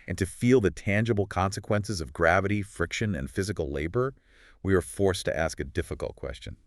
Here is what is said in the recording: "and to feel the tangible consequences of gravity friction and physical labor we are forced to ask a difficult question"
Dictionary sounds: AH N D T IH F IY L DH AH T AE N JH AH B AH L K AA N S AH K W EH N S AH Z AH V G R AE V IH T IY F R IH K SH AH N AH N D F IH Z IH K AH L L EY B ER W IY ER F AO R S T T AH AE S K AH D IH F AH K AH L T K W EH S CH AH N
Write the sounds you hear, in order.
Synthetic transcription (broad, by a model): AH N T IH F IY L DH AH T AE N JH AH B L K AA N S AH K W EH N S AH Z AH V G R AE V IH T IY F R IH K SH AH N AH N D F IH Z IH K L L EY B ER W IY ER F AO R S T T AE S K AH D IH F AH K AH L T K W EH S CH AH N